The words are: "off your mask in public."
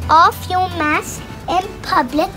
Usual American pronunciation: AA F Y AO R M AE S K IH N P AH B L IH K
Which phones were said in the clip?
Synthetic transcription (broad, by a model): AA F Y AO M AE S IH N P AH B L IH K